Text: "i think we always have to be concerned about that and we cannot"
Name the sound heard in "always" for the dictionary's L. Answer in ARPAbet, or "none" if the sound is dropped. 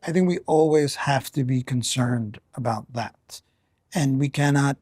L